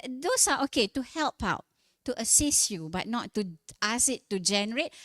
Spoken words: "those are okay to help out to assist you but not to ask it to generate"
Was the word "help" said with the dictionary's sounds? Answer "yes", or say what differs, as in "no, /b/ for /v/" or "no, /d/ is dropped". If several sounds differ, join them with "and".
yes